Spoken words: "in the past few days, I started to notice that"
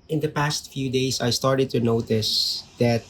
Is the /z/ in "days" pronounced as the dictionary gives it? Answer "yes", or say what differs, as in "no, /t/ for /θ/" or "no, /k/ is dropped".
no, /s/ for /z/